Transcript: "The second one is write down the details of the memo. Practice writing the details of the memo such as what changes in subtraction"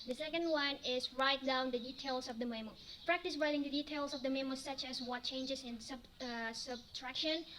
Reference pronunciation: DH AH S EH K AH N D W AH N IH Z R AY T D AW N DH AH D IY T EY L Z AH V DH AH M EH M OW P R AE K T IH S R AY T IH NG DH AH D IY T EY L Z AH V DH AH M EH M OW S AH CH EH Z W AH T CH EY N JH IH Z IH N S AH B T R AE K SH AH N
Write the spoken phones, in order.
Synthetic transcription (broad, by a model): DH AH S EH K AH N D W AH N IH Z R AY T D AW N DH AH D IY T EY L S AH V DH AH M EH M OW P R AE K T IH S R AY T IH NG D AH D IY T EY L S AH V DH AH M EH M OW S AH CH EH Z W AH T CH EY N JH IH S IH N S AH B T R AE K SH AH N